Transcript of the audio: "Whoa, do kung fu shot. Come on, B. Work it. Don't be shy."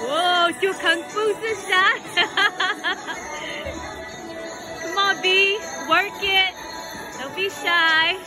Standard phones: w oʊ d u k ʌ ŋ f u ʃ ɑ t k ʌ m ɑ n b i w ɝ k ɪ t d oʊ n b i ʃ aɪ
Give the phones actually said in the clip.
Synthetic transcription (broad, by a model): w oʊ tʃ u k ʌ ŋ f u s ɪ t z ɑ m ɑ b i w ɝ k ɪ t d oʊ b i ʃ aɪ